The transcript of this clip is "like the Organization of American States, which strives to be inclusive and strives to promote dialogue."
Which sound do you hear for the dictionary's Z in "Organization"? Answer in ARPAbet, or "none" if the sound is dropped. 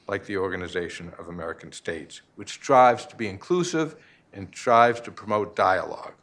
Z